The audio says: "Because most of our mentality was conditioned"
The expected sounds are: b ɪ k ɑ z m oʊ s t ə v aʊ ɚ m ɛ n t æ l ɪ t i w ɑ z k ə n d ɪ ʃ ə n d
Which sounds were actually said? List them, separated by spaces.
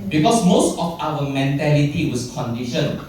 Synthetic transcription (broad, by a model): b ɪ k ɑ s m oʊ s t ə f aʊ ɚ m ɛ n t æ l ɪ t i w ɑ s k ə n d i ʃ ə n